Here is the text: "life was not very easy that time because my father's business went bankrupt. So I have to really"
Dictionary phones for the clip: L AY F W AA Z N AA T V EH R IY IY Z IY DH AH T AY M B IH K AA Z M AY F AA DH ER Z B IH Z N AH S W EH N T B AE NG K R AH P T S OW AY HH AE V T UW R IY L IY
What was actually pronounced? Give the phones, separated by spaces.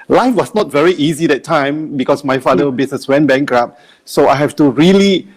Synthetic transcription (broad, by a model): L AY F W AA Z N AA T V EH R IY IY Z IY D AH T AY M B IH K AA S M AY F AA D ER B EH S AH S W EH N B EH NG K R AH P S OW AY HH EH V T UW R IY L IY